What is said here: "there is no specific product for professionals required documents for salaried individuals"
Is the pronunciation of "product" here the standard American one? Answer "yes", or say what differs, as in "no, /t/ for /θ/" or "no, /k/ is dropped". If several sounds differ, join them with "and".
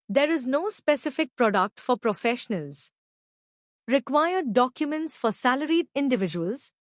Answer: yes